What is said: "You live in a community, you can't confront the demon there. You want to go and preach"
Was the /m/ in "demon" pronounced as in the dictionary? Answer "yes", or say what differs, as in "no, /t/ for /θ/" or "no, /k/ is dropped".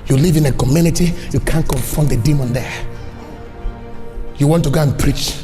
yes